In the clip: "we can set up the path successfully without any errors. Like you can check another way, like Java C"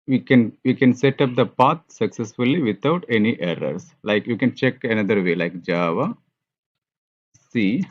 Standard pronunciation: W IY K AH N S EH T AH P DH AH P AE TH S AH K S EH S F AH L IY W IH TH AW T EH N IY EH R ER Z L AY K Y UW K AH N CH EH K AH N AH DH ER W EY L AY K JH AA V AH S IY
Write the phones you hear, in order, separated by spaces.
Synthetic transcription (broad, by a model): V IY K AH N S EH T AH P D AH P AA T S AH K S EH S F AH L IY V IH T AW T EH N IY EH R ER S L AY K Y UW K AH N CH EH K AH N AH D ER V EY L AY K JH AA V AH S IY